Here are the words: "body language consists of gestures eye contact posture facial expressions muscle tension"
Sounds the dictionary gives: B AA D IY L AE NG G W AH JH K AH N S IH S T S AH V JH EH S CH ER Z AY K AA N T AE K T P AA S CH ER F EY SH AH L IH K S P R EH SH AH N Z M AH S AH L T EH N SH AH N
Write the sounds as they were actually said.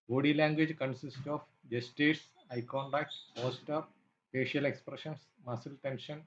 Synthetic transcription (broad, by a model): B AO D IY L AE NG G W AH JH K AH N S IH S T AH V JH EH S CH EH S AY K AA N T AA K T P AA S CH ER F EY SH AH L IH K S P R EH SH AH N S M AH S AH L T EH N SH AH N